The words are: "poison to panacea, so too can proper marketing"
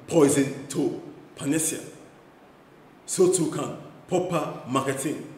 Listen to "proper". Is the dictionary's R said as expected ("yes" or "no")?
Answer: no